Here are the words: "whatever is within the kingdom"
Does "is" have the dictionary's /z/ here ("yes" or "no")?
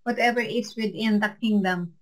no